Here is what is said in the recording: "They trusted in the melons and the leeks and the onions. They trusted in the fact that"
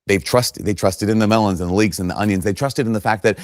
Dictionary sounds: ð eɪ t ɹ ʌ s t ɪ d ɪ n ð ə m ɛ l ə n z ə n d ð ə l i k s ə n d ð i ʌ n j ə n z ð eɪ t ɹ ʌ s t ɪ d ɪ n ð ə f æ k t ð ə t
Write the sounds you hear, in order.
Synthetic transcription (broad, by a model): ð eɪ t ɹ ʌ s t ɪ d ɪ n ð ə m ɛ l ə n z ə n ð ə l i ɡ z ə n ð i ʌ n j ə n z ð eɪ t ɹ ʌ s t ɪ d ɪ n ð ə f æ k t ð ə t